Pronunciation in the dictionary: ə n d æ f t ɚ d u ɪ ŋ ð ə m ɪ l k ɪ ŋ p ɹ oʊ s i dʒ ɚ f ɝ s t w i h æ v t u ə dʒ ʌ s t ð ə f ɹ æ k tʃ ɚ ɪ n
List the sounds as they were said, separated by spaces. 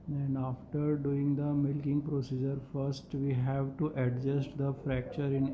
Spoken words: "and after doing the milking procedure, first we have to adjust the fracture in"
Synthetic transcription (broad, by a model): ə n d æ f t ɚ d u ɪ ŋ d ə m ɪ l k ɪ ŋ p ɹ oʊ s i dʒ ɚ f ɝ s t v i h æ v t u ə dʒ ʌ s t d ə f ɹ æ k tʃ ɚ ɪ n